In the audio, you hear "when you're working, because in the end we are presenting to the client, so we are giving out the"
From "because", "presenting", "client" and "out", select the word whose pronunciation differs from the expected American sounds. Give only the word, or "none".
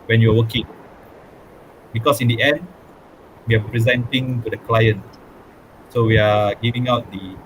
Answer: because